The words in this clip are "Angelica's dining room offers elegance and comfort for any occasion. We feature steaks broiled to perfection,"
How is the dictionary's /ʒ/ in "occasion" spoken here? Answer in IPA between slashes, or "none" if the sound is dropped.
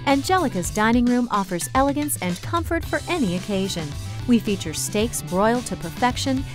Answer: /ʒ/